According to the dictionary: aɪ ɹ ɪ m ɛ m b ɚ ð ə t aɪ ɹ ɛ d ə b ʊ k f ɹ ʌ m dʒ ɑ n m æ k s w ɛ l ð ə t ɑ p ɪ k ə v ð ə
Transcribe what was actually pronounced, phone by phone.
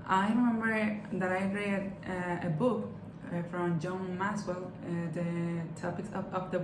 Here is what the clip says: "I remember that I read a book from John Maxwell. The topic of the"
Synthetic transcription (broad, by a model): aɪ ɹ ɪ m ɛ m b ɚ ð ə t aɪ ɹ ɛ d ə b ʊ k f ɹ ʌ m dʒ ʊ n m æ s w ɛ l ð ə t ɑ p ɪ k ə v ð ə